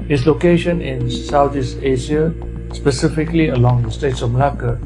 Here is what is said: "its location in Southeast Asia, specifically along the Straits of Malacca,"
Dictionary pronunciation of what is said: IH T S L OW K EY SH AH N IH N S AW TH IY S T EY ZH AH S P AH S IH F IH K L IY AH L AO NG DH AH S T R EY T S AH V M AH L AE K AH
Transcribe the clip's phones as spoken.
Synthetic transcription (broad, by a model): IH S L OW K EY SH AH N IH N S AW T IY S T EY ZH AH S P AH S IH F IH K L IY AH L AO NG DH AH S T EY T S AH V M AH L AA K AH